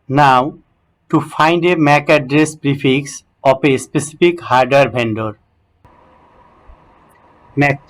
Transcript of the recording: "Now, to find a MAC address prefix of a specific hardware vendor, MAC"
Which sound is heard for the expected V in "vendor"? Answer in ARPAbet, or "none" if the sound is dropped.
B